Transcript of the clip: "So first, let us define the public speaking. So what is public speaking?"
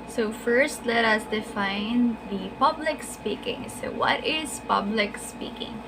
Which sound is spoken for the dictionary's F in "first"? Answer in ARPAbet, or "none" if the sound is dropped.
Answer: F